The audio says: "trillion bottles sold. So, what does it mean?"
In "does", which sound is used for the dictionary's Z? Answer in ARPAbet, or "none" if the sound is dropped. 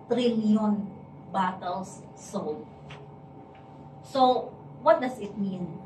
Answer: S